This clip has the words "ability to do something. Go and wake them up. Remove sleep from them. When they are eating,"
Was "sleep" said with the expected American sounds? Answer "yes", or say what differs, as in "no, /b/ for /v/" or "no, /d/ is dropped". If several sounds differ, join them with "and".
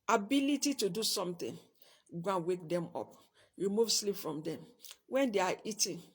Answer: yes